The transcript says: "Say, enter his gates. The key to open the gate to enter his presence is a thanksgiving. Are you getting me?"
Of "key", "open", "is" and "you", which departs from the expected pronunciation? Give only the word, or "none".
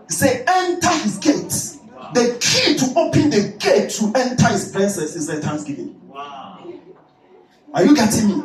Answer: is